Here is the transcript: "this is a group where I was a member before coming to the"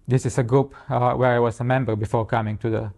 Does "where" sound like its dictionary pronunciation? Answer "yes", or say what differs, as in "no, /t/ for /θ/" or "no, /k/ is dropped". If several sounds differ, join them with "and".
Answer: yes